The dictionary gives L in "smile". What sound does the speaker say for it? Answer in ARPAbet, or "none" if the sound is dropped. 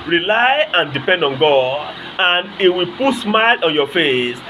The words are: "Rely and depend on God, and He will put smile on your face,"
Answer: L